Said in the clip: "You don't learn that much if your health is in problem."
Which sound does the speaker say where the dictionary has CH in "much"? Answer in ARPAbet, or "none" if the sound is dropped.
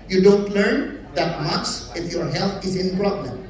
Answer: S